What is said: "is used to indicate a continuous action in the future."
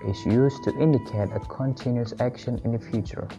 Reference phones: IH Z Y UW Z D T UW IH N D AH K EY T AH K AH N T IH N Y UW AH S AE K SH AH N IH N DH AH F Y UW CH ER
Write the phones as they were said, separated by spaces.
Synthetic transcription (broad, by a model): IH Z Y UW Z T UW IH N D AH K EY T AH K AH N T IH N Y UW AH S AE K SH AH N IH N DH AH F Y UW CH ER